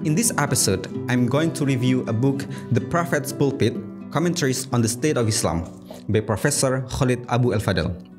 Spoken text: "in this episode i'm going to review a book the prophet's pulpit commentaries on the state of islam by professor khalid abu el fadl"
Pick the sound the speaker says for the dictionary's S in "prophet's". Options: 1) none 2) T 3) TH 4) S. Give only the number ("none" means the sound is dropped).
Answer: 4